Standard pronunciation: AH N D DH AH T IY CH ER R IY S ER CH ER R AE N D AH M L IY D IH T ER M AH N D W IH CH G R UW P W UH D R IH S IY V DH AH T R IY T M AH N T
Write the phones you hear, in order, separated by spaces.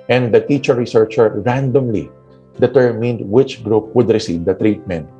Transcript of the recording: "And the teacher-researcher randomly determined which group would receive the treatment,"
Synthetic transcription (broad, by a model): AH N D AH T IY CH ER R IY S ER CH ER R AE N D AH M L IY D IH T ER M AH N D W IH CH G R UW P W UH D R IH S IY V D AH T R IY T M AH N T